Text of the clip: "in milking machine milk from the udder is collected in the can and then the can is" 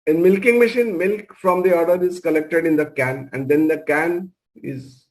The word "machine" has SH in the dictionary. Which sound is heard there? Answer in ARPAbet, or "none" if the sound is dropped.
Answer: SH